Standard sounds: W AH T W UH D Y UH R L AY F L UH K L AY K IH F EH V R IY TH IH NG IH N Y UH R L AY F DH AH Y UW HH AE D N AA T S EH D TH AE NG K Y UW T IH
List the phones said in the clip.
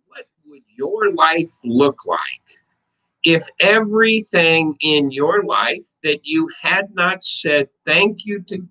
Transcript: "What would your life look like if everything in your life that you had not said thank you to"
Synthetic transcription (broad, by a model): W AH T W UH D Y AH R L AY F L UH K L AY K IH F EH V R IY TH IH NG IH N Y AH R L AY F DH AH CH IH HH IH D N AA T S EH D TH AE NG K Y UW T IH